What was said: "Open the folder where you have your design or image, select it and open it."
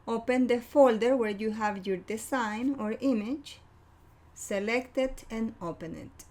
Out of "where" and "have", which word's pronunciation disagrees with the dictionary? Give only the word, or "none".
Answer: none